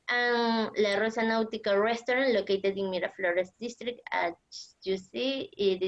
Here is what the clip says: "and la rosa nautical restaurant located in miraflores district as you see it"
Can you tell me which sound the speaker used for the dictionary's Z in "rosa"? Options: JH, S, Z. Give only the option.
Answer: S